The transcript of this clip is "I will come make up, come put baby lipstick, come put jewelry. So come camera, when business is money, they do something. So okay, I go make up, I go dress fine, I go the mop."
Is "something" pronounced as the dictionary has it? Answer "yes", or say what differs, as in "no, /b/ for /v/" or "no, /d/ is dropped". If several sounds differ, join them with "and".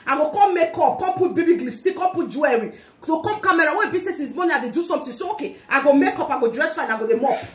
no, /t/ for /θ/